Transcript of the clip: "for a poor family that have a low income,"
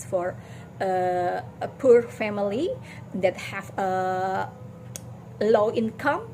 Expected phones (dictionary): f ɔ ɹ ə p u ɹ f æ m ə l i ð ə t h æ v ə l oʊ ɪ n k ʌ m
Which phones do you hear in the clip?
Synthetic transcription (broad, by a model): f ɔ ɹ ə p u ɹ f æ m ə l i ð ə t h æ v ə l oʊ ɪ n k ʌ m